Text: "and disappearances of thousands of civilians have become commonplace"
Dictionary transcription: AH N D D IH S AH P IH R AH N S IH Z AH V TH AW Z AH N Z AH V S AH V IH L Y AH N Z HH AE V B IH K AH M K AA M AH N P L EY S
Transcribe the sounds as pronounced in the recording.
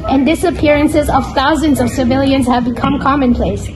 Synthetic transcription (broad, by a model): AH N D D IH S AH P IH R AH N S IH Z AH V TH AW Z AH N Z AH V S AH V IH L Y AH N Z HH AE V B IH K AH M K AA M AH N P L EY S